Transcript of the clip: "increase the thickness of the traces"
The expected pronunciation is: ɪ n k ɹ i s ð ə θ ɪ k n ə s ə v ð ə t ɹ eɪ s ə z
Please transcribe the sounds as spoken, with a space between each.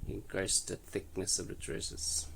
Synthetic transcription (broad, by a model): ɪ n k ɹ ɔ s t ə θ ɪ k n ə s ə v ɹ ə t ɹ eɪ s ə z